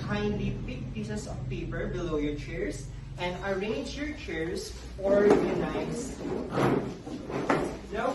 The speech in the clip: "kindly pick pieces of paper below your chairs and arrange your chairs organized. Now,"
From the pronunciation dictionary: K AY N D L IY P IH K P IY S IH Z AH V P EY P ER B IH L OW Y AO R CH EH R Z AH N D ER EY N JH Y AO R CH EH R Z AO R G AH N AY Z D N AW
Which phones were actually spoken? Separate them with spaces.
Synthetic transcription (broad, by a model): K AY N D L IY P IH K P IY S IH S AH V P EY P ER B IH L OW Y AO R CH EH R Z AH N D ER EY N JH Y AO R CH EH R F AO R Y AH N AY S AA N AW